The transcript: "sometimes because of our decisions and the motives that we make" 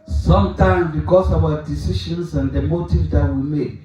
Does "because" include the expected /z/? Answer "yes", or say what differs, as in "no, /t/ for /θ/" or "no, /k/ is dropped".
no, /s/ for /z/